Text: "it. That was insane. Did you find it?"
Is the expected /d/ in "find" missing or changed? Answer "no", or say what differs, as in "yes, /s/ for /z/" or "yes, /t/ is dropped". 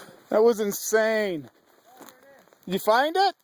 no